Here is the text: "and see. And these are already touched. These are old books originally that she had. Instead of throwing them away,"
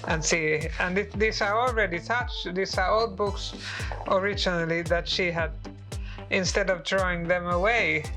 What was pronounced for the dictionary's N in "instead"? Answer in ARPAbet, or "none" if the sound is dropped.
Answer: N